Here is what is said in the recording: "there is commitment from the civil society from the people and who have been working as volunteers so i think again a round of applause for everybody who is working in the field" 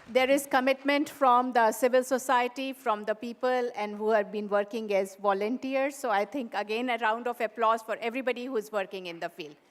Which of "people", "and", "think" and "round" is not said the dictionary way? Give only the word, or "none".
think